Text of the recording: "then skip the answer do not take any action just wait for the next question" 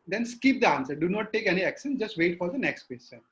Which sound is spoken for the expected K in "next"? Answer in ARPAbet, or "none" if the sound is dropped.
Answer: K